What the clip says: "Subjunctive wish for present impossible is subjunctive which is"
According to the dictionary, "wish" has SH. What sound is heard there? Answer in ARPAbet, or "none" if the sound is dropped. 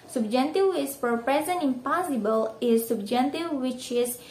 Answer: S